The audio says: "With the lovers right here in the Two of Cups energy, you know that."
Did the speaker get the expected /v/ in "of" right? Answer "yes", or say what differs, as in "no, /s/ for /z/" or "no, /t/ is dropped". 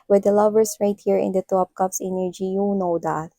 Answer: no, /p/ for /v/